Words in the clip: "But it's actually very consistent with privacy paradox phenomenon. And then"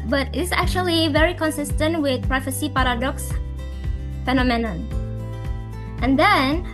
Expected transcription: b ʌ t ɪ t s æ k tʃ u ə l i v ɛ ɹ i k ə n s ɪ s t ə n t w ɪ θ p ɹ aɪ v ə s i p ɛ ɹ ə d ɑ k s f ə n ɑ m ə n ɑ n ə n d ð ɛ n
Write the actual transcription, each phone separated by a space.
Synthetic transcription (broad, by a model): b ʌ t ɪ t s æ k tʃ u ə l i v ɛ ɹ i k ə n s ɪ s t ə n t w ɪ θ p ɹ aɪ f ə s i p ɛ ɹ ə d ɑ k s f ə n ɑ m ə n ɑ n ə n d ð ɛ n